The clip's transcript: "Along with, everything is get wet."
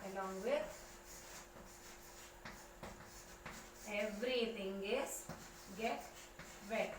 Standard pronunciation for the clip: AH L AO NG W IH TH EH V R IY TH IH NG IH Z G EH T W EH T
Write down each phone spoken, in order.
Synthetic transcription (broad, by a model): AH L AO NG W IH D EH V R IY T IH NG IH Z G EH T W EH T